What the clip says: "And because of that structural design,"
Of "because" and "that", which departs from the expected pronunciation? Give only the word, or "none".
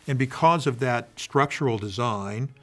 none